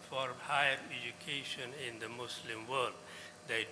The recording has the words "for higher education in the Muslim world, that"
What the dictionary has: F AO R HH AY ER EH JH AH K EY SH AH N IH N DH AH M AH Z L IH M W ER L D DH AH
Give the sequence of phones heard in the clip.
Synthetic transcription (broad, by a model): F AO R HH AY ER EH JH AH K EY SH AH N IH N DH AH M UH S L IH M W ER L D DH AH